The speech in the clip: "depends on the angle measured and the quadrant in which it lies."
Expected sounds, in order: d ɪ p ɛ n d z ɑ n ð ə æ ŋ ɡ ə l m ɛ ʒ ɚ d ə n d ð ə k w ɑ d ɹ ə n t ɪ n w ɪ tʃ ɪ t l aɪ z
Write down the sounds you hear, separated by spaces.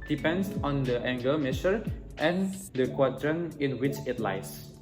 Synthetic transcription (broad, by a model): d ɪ p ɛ n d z ɑ n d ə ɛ ŋ ɡ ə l m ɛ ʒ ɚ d ə n d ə k w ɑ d ɹ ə n ɪ n w ɪ tʃ ɪ t l aɪ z